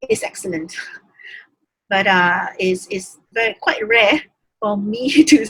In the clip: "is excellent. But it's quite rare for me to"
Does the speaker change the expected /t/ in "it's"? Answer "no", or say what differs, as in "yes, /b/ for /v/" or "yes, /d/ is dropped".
yes, /s/ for /t/